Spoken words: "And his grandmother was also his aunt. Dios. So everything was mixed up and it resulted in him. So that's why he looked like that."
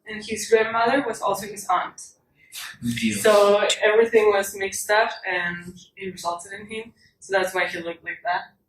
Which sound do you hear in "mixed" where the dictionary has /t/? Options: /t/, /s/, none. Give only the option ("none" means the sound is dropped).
/t/